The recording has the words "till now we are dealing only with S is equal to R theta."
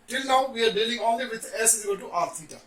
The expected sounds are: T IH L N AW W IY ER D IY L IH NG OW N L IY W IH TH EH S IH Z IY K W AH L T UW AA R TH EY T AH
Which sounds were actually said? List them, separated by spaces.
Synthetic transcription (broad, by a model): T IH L N AW W IY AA D IY L IH NG OW N L IY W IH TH EH S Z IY W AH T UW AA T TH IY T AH